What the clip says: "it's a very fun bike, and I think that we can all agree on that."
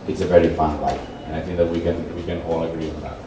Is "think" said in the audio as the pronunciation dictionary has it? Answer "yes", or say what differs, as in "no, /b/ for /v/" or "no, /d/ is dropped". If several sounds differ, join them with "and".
yes